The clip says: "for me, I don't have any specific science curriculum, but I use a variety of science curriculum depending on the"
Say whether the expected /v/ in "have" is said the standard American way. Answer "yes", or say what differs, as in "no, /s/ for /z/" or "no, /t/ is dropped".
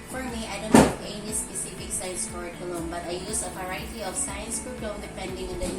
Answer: no, /p/ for /v/